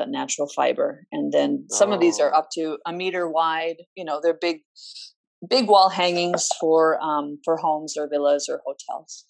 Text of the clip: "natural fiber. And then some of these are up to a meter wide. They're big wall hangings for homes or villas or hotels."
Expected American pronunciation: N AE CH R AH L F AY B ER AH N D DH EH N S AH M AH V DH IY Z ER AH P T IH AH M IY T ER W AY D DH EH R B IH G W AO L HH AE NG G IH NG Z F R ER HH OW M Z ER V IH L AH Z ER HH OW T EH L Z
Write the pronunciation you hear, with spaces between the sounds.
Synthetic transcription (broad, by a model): N AE CH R L F AY B ER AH N DH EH N S AH M AH V DH IY Z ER AH P T IH AH M IY T ER W AY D DH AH R B IH G W AO L HH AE NG IH NG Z F R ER HH OW M Z ER V IH L AH Z ER HH OW T EH L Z